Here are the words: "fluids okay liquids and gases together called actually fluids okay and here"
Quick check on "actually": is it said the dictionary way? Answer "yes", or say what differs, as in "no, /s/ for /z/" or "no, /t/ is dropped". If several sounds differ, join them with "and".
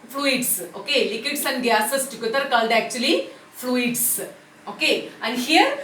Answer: yes